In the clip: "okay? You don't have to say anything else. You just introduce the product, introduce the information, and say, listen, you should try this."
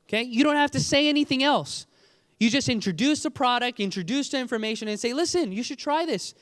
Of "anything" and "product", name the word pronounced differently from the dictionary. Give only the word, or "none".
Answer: none